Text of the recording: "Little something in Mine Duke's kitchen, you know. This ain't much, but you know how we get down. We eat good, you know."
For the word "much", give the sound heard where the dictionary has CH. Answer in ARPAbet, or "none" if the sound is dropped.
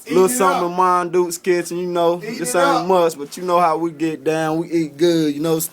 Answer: S